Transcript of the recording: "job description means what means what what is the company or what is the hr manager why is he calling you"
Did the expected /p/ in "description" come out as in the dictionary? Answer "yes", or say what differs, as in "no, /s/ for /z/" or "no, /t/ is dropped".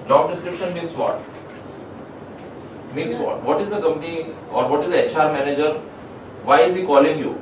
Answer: yes